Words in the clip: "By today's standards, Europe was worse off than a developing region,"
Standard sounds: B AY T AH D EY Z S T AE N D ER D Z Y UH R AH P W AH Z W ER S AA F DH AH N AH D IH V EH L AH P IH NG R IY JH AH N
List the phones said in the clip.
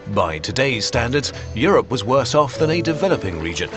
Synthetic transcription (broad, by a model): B AY T AH D EY Z S T AE N D ER D Z Y UH R AH P W AH Z W ER S AA F DH AH N AH D IH V EH L AH P IH NG R IY JH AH N